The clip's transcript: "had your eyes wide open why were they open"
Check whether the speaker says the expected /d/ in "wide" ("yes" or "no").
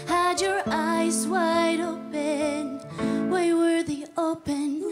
yes